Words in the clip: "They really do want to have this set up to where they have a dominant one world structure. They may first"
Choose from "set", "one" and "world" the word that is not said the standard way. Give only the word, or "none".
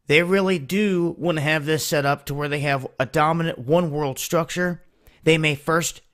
none